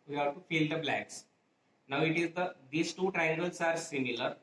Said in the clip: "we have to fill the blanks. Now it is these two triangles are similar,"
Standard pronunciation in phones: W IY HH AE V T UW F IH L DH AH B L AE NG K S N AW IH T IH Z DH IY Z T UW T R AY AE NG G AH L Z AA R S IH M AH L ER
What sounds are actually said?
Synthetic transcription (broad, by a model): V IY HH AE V T UW F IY L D AH B L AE K S N AW IH T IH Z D IY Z T UW T R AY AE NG G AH L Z AA R S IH M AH L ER